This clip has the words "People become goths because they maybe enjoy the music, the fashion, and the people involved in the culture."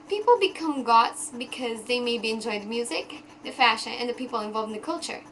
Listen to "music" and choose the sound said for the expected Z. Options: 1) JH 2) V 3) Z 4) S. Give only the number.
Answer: 3